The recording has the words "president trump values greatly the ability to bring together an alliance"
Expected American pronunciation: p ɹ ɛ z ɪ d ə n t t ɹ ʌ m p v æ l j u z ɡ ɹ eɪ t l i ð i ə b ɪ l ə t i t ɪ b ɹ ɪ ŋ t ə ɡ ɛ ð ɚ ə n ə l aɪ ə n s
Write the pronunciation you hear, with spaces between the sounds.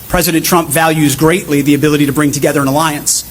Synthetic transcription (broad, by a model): p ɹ ɛ z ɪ d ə n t t ɹ ʌ m p v æ l j u z ɡ ɹ eɪ t l i ð i ə b ɪ l ə t i t ɪ b ɹ ɪ ŋ t ə ɡ ɛ ð ɚ ə n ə l aɪ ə n s